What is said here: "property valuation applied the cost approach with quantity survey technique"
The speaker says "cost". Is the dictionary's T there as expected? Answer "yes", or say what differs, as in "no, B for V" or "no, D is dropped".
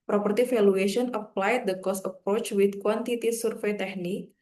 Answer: no, T is dropped